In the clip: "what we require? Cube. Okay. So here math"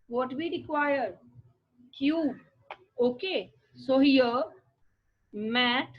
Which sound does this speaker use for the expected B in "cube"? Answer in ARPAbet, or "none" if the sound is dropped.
none